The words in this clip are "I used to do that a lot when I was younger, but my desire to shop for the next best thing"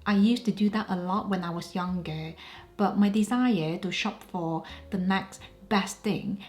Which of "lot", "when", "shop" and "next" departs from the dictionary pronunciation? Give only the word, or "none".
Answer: none